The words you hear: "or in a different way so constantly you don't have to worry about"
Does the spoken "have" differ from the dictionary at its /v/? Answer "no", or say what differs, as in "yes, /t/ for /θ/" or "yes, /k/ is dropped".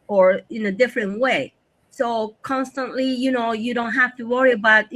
yes, /f/ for /v/